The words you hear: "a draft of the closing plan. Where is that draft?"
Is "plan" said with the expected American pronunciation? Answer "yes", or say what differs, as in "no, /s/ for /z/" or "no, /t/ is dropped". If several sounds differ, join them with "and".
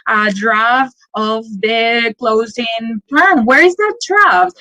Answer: no, /l/ is dropped